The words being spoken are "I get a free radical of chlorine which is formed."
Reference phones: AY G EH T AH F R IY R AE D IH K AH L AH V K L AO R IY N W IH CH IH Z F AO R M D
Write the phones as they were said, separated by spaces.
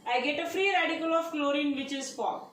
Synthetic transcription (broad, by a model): AY G EH T AH F R IY R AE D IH K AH L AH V K L AO R IY N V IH CH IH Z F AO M